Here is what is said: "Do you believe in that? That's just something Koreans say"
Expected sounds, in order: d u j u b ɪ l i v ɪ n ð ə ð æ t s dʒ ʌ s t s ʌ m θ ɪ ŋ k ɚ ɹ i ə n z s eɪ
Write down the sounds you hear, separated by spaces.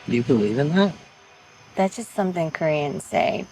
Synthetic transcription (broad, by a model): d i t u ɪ i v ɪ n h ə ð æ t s dʒ ʌ s t s ʌ m θ ɪ ŋ k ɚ ɹ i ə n s eɪ